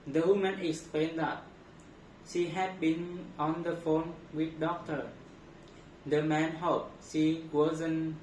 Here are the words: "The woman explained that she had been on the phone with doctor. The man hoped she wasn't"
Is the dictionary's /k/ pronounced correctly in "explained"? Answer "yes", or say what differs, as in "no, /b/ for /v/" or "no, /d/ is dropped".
yes